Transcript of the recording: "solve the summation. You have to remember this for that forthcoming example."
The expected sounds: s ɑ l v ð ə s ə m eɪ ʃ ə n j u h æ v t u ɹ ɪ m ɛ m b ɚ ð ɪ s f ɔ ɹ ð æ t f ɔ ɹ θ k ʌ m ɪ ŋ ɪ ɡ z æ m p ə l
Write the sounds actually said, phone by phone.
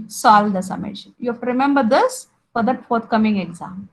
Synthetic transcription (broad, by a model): s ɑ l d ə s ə m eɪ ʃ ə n j u h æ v t u ɹ ɪ m ɛ m b ɚ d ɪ s f ɔ ɹ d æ t f ɔ ɹ t k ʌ m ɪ ŋ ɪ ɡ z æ m